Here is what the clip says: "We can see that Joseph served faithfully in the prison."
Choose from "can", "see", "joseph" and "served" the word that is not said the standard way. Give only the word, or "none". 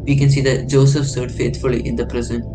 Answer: served